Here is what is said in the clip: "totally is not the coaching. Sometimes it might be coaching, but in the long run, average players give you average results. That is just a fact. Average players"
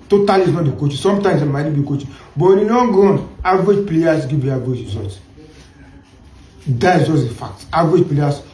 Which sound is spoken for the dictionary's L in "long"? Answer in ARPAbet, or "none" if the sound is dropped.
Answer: N